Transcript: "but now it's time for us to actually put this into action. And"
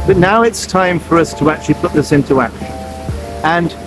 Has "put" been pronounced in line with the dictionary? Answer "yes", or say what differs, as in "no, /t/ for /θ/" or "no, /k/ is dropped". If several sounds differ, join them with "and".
yes